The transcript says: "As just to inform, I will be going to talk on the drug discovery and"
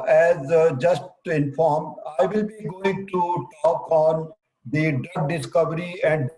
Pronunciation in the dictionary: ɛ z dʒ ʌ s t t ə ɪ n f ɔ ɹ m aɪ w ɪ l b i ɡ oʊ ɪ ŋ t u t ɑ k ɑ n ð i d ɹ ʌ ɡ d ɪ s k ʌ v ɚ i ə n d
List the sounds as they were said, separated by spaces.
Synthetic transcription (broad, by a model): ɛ z dʒ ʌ s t t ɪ n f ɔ ɹ m aɪ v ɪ l b i ɡ oʊ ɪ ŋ t u t ɑ k ɑ n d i d ʌ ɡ d ɪ s k ʌ v ɚ i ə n d